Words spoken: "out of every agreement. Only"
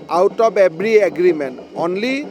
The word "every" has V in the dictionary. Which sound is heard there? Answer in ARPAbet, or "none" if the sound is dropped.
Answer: B